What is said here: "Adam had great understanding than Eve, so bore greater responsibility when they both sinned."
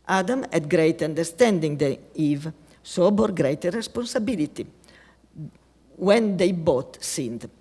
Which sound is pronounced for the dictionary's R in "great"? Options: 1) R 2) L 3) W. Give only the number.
1